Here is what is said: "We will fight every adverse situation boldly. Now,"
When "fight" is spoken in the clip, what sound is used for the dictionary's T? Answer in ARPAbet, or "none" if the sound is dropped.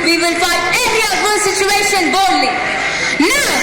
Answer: none